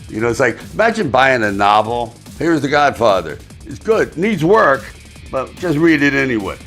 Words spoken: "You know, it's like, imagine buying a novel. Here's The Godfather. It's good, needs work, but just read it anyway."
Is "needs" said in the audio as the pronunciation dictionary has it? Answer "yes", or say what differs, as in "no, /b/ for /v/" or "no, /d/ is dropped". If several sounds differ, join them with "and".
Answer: yes